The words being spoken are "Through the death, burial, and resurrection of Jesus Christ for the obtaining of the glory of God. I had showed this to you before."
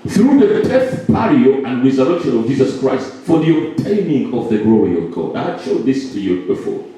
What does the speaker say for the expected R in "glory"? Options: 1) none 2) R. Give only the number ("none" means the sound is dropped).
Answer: 2